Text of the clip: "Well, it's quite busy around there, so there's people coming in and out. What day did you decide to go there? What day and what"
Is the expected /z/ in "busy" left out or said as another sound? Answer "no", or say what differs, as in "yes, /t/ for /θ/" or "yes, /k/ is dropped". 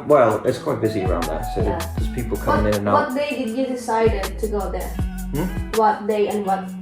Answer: no